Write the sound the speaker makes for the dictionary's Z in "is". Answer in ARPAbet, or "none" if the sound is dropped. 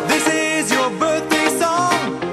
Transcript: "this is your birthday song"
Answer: Z